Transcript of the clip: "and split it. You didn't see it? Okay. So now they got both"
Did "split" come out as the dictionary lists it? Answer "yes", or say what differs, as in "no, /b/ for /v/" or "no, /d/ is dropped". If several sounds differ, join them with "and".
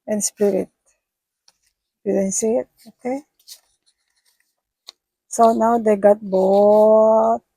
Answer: no, /l/ is dropped